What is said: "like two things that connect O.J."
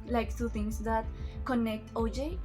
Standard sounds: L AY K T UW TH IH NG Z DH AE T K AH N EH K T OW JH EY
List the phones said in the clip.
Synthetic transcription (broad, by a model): L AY K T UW T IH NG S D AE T K AH N EH K T OW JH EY